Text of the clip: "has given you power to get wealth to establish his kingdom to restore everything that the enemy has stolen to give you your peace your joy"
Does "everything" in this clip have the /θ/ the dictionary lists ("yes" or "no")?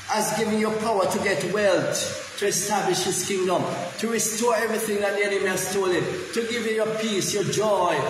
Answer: yes